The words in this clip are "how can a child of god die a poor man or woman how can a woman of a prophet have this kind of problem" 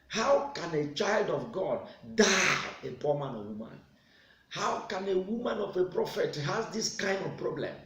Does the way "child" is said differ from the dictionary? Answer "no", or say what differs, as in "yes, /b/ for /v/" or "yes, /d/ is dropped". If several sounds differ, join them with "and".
no